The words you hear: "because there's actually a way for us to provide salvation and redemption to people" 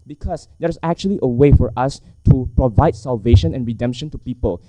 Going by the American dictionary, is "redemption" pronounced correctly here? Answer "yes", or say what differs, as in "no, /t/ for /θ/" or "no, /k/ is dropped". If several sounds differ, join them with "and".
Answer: yes